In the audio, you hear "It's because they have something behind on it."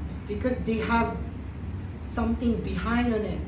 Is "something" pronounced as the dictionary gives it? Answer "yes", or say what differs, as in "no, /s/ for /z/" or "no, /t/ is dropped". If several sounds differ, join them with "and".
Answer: no, /t/ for /θ/